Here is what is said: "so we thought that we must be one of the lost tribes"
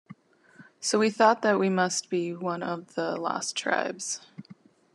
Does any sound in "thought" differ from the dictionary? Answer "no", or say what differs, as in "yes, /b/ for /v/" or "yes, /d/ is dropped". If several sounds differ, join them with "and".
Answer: no